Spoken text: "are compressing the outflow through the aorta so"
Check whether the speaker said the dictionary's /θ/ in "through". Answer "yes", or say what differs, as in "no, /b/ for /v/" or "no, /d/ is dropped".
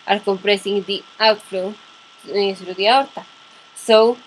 no, /s/ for /θ/